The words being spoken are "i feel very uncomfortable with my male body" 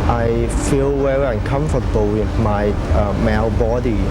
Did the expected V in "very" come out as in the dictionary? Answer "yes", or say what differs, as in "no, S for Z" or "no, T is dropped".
no, W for V